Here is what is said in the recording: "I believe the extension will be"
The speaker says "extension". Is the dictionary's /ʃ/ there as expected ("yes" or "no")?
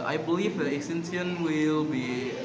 no